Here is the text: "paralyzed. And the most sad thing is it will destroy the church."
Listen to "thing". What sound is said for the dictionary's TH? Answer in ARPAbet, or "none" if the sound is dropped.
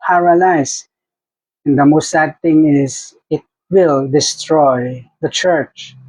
T